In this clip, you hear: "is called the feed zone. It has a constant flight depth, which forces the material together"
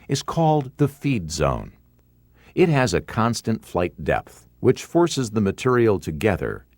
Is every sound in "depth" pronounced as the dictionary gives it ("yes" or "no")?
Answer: yes